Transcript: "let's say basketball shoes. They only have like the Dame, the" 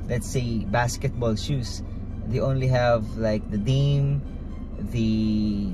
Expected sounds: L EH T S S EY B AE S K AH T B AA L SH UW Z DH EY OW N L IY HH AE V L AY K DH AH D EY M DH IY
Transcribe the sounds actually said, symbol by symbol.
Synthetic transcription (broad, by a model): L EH T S S EY B AE S K AH T B AA L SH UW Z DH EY OW N L IY HH AE V L AY K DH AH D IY M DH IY